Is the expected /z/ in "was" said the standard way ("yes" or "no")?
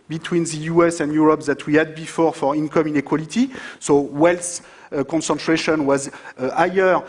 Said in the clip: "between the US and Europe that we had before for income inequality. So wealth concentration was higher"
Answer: yes